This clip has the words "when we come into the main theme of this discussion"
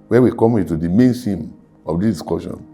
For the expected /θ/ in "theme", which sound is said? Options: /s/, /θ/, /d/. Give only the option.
/s/